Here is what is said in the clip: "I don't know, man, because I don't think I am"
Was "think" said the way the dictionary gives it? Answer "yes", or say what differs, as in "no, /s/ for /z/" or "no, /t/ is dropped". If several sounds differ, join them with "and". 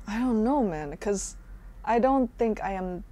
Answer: yes